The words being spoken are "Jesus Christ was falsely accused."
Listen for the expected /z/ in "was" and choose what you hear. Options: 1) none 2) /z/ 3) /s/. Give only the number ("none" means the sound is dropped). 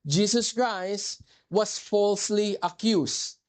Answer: 3